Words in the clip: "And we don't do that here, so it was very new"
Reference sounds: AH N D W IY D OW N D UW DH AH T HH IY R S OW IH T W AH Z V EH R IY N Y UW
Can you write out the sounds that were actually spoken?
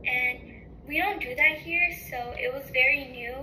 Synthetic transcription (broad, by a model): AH N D W IY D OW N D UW DH AH T HH IY R S OW IH T W AH Z V EH R IY N Y UW